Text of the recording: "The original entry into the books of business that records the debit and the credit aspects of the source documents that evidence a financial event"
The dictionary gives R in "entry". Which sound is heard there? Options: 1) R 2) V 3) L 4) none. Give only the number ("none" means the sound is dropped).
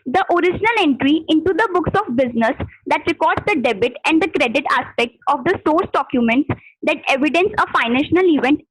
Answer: 1